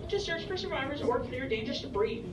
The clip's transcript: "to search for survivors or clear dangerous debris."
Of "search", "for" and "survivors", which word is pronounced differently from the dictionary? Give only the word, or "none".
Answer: none